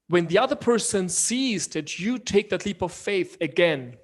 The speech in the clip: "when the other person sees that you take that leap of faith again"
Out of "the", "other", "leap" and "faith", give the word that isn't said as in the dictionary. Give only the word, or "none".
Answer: none